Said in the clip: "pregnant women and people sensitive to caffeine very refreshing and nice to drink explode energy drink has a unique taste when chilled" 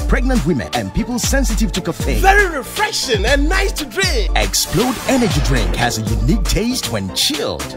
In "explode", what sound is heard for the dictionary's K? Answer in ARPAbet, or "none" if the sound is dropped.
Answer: K